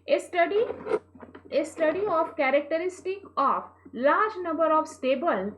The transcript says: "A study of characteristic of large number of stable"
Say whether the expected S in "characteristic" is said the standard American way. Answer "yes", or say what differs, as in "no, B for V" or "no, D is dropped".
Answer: yes